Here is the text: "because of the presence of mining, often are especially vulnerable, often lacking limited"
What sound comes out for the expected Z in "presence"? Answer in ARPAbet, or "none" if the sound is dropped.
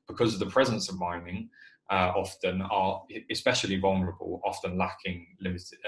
Z